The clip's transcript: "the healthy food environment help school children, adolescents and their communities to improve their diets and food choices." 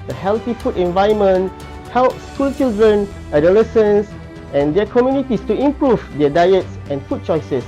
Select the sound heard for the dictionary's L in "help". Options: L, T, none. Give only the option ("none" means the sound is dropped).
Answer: L